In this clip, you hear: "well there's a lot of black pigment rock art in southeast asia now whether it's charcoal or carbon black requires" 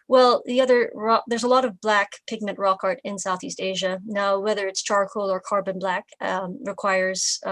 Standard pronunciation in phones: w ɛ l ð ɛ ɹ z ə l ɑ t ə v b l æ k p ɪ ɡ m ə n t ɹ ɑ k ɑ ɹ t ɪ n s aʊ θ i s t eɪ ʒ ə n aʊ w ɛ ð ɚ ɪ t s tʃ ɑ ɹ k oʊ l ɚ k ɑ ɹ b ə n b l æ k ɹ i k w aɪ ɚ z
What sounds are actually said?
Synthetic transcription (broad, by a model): w ɛ l ð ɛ ɹ z ə l ɑ t ə v b l æ k p ɪ ɡ m ə n t ɹ ɑ k ɑ ɹ t ɪ n s aʊ θ i s t eɪ ʒ ə n aʊ w ɛ ð ɚ ɪ t s tʃ ɑ ɹ k oʊ l ɚ k ɑ ɹ b ə n b l æ k ɹ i k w aɪ ɚ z